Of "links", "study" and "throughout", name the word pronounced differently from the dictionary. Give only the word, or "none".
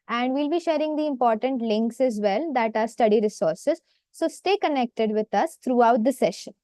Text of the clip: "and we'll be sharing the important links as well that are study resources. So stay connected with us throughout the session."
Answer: throughout